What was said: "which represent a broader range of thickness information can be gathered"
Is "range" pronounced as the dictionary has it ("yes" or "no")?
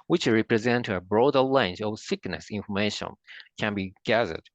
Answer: no